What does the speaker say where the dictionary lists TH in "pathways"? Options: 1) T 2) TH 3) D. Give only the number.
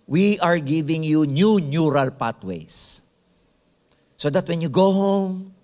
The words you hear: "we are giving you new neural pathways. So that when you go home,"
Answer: 1